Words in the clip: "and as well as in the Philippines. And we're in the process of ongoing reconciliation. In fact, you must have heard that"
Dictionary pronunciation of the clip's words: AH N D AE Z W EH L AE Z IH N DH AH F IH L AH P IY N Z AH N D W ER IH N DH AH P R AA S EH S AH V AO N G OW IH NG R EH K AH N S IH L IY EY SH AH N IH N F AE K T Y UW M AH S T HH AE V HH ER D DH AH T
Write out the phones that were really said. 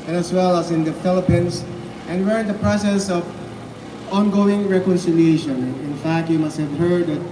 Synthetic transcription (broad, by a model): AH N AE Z W EH L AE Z IH N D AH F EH L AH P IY N S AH N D W ER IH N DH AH P R AA S EH S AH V AO N G OW IH NG R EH K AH N S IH L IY EY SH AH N IH N F AE K T Y UW M AH S T HH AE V HH ER D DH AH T